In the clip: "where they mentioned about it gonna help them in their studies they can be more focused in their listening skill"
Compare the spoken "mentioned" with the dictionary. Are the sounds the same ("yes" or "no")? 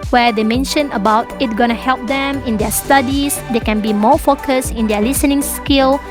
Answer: no